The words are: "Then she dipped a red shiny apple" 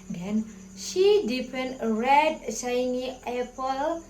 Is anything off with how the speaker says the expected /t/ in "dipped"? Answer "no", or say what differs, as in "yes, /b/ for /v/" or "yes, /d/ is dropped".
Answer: yes, /t/ is dropped